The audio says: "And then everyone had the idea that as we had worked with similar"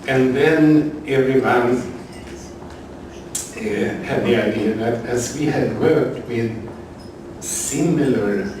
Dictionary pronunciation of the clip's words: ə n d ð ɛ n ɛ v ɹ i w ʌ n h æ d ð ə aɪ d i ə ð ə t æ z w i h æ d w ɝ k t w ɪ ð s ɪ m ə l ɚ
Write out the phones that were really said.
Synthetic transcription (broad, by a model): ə n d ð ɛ n ɛ v ɹ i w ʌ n h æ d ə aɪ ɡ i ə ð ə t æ s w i h æ d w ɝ k t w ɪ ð s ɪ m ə l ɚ